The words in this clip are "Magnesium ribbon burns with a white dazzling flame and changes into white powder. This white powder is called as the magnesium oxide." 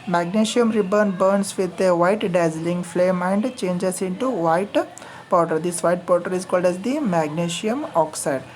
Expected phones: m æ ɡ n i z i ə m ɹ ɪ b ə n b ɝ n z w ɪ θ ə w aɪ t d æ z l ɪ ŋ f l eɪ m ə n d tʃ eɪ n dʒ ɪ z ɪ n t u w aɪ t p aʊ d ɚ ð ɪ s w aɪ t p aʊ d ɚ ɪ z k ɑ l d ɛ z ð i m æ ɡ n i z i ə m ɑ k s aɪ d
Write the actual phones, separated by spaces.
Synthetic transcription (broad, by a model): m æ ɡ n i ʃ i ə m ɹ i b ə n b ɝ n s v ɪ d ə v aɪ t d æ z l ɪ ŋ f l eɪ m ə n d tʃ eɪ n dʒ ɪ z ɪ n t u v aɪ t p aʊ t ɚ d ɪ s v aɪ t p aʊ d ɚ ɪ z k ɑ l d ɛ z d i m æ ɡ n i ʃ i ə m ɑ k s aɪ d